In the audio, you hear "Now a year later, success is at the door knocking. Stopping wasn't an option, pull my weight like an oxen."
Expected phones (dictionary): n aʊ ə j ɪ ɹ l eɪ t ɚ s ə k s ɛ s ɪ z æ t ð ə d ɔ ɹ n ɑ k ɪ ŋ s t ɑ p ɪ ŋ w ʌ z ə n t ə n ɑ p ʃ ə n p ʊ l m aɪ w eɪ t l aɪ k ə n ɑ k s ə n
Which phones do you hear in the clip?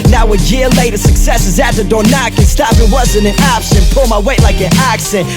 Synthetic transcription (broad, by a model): n aʊ ə j ɪ ɹ l eɪ t ɚ s ə k s ɛ s ɪ z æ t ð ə d ɔ ɹ n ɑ k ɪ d s t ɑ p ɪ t w ʌ z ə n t ə n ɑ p s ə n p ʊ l m aɪ w eɪ t l aɪ k ə n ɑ k s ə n